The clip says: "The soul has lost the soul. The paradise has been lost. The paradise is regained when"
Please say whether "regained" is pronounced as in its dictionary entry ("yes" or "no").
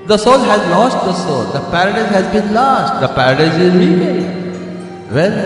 no